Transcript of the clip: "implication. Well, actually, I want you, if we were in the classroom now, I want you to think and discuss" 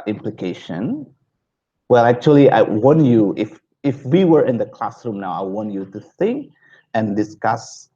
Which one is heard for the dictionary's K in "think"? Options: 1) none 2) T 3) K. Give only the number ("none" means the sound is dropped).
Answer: 3